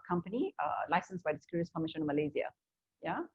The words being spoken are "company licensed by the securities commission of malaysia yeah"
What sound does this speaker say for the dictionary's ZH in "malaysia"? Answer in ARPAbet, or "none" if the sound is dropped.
Z